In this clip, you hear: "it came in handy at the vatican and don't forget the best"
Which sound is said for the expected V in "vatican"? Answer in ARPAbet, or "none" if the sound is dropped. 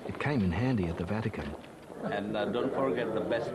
V